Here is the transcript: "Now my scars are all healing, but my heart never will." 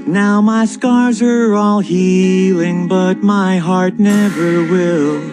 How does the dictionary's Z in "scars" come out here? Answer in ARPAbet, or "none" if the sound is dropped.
Z